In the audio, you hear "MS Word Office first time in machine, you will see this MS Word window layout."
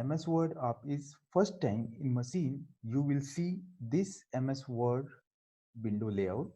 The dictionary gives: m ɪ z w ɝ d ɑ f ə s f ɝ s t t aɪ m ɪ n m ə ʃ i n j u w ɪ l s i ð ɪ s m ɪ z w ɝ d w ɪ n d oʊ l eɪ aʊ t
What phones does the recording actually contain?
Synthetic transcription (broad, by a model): m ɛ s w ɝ d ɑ p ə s f ɝ s t t aɪ m ɪ n m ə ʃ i n j u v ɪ l s i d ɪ s m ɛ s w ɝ d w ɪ n d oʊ l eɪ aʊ t